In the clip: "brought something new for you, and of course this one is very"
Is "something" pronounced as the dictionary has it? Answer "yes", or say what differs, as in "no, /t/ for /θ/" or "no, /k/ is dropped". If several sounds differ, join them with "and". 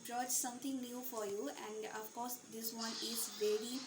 no, /t/ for /θ/